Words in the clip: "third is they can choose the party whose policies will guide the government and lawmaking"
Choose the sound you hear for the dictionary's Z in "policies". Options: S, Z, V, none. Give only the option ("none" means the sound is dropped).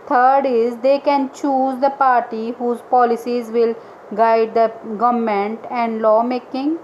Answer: Z